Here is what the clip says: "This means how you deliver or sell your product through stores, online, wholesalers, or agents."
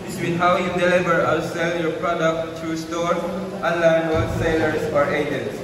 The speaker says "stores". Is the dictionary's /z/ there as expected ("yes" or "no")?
no